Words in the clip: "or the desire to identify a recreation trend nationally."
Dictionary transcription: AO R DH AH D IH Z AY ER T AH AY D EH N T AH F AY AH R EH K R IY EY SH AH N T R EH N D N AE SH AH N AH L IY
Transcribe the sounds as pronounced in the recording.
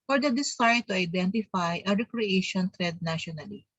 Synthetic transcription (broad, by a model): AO R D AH D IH S AY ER T AH AY D EH N T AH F AY AH R EH K R IY EY SH AH N T R EH D N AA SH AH N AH L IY